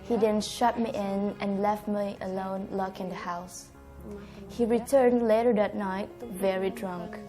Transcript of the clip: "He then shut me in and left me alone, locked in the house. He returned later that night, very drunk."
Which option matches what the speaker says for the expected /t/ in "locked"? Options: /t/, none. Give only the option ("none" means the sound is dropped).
none